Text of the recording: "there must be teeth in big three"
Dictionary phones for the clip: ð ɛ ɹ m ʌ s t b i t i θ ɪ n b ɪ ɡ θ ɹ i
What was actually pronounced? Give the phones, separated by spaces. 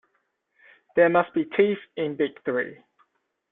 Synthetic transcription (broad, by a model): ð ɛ m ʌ s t b i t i f ɪ n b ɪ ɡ θ ɹ i